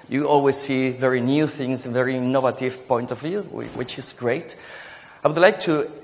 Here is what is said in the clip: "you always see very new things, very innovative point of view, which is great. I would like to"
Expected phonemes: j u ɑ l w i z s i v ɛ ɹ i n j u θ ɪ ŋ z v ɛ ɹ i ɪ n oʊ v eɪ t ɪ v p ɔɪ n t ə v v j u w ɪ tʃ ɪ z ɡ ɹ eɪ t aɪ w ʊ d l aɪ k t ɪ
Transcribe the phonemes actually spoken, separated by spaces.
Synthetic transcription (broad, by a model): j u ɑ l w i z s i v ɛ ɹ i n j u θ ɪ ŋ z v ɛ ɹ i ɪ n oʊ v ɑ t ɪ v p ɔɪ n t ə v v j u w ɪ tʃ ɪ z ɡ ɹ eɪ t aɪ w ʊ d l aɪ k t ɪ